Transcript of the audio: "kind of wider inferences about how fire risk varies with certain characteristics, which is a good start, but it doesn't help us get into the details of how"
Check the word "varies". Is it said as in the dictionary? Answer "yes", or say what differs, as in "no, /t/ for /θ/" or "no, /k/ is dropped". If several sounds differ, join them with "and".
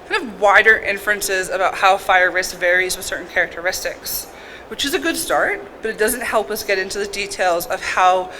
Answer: yes